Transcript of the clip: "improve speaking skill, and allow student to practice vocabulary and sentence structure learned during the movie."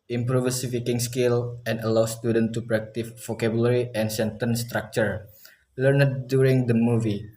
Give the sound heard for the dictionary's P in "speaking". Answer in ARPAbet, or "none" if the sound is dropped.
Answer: F